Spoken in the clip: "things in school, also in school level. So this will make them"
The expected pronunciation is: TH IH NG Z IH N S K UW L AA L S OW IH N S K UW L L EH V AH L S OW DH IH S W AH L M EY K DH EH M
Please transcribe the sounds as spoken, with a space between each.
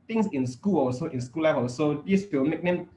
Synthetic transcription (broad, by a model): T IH NG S IH N S K UW L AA S OW IH N S K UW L L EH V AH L S OW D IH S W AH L M EY K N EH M